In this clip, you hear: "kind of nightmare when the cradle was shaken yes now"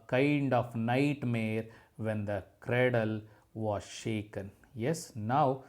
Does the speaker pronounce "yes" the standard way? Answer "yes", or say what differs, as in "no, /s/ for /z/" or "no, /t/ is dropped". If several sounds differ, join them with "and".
yes